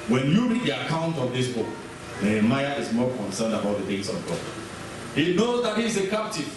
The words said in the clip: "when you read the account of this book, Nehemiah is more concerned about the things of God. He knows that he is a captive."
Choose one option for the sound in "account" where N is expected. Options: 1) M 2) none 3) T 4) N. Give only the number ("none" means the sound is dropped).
4